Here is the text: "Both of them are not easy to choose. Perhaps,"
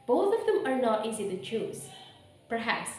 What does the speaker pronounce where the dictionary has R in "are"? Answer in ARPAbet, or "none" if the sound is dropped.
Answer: R